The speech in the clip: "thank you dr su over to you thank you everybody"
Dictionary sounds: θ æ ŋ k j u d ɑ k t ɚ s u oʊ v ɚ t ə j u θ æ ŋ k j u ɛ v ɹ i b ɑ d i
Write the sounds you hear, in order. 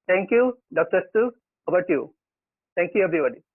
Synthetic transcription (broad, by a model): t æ ŋ k j u d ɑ k t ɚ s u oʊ b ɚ t j u t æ ŋ k j u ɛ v ɹ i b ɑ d i